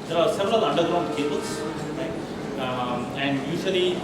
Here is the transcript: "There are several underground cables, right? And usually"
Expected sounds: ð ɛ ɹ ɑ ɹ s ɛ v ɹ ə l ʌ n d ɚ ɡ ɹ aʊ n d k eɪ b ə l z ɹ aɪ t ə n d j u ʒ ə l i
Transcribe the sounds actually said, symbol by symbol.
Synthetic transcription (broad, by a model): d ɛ ɹ ɑ ɹ s ɛ v ɹ ə l ʌ n d ɚ ɡ ɹ aʊ n d k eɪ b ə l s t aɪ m ə n d j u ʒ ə l i